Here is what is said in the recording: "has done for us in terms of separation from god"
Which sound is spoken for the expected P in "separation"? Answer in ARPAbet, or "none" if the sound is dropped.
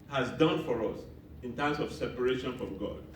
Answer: P